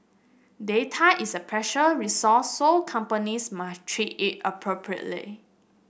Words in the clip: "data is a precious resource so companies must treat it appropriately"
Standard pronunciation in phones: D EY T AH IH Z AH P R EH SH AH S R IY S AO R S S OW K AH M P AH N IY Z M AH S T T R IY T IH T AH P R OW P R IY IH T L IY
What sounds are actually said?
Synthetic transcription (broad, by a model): D EY T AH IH S AH P R EH SH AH R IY S AO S S OW K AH M P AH N IY S M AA S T T R IY T IH T AH P R OW P R IY IH T L IY